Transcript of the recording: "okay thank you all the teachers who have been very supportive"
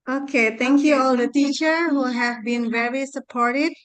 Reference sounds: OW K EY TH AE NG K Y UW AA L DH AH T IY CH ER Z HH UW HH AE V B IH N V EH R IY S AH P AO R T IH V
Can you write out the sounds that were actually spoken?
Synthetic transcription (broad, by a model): OW K EY T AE NG K Y UW AA L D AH T IY CH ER HH UW HH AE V B IH N V EH R IY S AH P AO R T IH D